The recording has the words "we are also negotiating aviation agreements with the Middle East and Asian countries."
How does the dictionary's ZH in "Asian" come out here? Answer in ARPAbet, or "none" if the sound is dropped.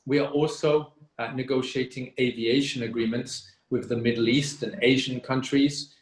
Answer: ZH